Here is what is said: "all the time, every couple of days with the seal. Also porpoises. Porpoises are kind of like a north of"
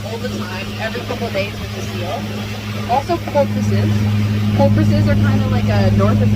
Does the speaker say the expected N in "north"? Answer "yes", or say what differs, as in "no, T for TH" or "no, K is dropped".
yes